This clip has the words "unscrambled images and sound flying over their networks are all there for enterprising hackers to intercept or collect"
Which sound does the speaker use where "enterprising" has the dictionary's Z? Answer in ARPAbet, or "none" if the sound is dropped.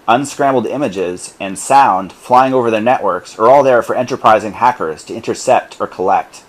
Z